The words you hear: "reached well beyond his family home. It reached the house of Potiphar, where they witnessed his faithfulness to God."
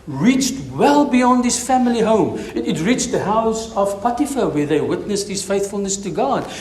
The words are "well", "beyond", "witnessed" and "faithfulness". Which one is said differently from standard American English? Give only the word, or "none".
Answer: none